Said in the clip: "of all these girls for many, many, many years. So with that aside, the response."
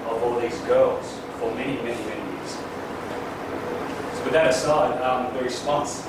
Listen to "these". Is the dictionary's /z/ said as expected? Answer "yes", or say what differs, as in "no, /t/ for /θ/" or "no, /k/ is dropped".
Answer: yes